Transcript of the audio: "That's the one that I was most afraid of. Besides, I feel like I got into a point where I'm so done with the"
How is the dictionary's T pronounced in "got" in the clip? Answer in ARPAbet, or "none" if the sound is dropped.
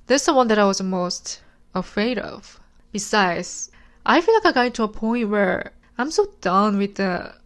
none